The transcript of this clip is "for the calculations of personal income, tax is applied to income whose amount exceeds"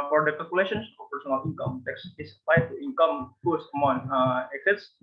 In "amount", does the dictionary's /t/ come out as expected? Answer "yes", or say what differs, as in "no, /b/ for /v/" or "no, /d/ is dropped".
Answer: no, /t/ is dropped